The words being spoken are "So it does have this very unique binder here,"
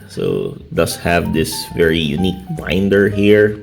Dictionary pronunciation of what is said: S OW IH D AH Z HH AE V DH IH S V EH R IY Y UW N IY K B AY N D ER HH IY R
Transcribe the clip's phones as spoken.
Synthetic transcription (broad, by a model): S OW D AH S HH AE V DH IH S V EH R IY Y UW N IY K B AY N D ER HH IY R